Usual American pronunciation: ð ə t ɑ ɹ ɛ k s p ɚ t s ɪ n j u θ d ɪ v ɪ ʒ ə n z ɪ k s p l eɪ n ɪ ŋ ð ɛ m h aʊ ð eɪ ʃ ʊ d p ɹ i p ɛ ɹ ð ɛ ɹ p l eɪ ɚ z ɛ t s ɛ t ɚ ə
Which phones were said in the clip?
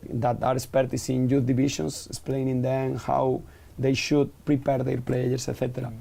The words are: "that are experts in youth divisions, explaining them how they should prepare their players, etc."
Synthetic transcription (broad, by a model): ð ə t ɑ ɹ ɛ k s p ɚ t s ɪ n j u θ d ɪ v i ʃ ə n s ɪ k s p l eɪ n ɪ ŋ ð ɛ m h aʊ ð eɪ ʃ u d p ɹ i p ɛ ɹ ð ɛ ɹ p l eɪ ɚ s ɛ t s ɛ t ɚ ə